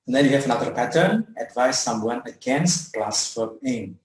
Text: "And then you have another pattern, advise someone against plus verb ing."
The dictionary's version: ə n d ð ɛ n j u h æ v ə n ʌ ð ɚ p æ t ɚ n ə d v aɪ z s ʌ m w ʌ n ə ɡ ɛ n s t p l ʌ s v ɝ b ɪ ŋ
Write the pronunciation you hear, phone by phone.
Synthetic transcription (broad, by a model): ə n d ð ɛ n j u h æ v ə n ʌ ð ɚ p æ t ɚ n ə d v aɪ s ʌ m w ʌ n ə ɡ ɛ n s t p l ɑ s f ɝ ɪ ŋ